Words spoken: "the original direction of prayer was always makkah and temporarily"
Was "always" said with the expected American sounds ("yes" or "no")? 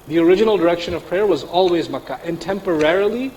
yes